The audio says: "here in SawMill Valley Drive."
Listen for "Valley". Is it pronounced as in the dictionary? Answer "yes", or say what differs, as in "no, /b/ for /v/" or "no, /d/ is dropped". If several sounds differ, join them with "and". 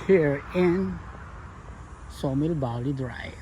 no, /b/ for /v/